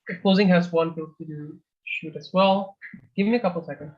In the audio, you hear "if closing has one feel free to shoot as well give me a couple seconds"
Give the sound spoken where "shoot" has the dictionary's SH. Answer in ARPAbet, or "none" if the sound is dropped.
SH